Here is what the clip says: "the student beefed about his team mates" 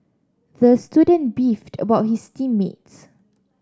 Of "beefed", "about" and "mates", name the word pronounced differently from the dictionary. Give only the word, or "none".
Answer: none